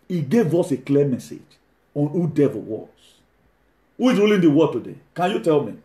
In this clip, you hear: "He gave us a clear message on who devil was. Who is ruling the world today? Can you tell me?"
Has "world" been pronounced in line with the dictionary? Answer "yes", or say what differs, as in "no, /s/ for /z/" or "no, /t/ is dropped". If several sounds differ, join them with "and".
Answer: no, /l/ is dropped